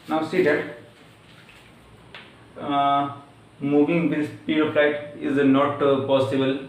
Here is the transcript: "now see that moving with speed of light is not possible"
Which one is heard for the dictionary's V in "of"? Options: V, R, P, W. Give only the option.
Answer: P